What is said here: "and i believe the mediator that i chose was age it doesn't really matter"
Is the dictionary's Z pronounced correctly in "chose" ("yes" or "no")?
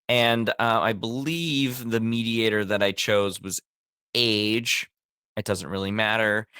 yes